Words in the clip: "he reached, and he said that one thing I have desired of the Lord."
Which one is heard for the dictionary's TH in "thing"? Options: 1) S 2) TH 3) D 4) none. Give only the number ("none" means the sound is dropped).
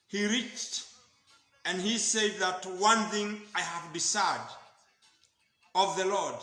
2